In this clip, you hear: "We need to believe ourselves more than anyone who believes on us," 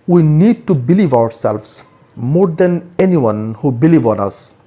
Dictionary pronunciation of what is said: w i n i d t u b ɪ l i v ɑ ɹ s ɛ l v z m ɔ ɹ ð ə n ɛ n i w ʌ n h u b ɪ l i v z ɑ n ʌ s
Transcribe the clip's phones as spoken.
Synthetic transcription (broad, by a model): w i n i d t u b ɪ l i v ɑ ɹ s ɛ l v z m ɔ ɹ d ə n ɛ n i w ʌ n h u b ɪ l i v ɑ n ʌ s